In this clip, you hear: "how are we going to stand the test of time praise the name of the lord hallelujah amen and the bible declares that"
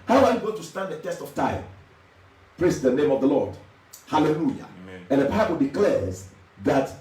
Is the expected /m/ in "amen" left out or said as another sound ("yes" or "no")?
yes